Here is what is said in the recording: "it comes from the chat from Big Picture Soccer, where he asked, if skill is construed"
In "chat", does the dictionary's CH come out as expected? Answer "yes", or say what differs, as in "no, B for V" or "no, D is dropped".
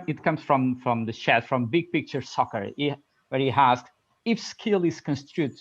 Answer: no, SH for CH